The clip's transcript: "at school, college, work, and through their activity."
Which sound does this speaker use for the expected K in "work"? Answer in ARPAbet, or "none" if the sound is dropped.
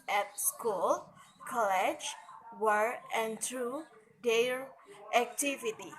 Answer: none